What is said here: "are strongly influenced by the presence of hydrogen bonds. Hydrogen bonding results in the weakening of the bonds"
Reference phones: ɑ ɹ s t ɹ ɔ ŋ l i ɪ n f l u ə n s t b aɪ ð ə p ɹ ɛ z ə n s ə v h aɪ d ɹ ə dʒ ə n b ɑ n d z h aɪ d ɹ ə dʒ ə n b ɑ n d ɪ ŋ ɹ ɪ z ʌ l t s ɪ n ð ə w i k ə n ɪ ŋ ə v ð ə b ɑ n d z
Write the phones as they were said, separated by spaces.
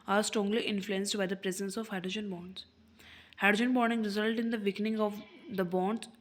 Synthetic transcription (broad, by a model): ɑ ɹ s t ɹ ɔ ŋ l i ɪ n f l u ə n s t b aɪ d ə p ɹ ɛ z ə n s ə v h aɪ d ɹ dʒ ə n b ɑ n d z h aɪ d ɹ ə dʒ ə n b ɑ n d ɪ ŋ ɹ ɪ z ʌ l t ɪ n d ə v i k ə n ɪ ŋ ə v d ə b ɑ n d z